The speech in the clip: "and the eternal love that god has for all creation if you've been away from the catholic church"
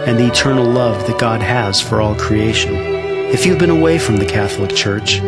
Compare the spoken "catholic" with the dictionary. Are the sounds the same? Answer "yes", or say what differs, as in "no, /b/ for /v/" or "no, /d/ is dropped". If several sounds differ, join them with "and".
yes